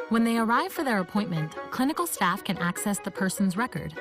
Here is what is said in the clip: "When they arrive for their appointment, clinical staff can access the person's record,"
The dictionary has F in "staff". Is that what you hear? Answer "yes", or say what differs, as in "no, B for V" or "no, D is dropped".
yes